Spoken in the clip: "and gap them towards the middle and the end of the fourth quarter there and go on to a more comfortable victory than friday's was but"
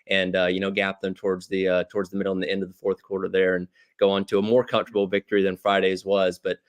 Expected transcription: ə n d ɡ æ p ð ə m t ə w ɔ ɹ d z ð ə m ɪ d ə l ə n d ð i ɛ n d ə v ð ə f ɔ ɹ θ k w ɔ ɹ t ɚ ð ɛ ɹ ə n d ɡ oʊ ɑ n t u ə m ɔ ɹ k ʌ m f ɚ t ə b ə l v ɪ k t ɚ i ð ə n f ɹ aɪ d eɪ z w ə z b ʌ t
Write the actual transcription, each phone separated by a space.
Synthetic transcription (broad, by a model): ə n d ɡ æ p ð ə m t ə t ɔ ɹ d z ð ə m ɪ d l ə n ð i ɛ n d ə v ð ə f ɔ ɹ θ k w ɔ ɹ t ɚ ð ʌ ɹ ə n ɡ oʊ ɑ n t u ə m ɔ ɹ k ʌ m f t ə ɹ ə l v ɪ k t ɚ i ð ə n f ɹ aɪ d eɪ z w ə z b ʌ t